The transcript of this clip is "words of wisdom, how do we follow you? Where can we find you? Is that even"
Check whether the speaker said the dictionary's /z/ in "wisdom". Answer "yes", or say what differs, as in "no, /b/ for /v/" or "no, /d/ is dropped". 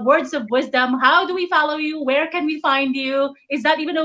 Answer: yes